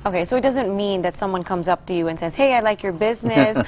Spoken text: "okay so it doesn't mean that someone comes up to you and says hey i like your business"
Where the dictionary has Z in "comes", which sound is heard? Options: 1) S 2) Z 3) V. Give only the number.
2